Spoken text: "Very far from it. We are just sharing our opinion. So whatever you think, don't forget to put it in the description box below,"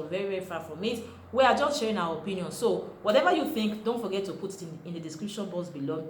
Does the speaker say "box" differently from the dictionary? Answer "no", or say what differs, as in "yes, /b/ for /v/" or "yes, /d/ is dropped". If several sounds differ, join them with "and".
yes, /k/ is dropped